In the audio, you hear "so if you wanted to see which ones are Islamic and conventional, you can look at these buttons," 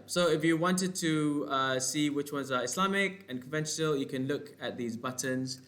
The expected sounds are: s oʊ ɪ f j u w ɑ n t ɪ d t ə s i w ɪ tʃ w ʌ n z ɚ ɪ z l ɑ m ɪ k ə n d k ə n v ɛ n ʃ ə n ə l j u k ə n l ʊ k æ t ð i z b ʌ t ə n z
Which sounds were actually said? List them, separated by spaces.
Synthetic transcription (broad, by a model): s oʊ ɪ f j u w ɑ n t ɪ d t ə s i w ɪ tʃ w ʌ n z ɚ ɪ s l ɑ m ɪ k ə n k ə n v ɛ n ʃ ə n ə l j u k ə n l ʊ k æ t ð i z b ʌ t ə n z